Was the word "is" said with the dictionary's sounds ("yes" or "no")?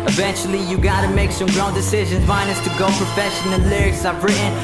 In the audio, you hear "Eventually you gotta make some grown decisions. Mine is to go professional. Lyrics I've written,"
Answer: no